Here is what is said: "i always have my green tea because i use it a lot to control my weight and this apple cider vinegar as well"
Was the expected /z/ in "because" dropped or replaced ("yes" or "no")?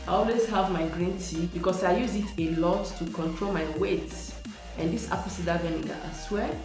yes